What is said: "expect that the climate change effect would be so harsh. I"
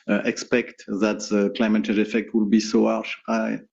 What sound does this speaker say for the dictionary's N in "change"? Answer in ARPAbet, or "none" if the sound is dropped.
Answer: none